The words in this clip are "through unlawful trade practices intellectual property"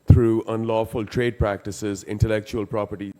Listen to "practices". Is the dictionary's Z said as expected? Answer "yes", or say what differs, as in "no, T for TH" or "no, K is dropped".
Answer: yes